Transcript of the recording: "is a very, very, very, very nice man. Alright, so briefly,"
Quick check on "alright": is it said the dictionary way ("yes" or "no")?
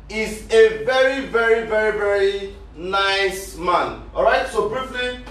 no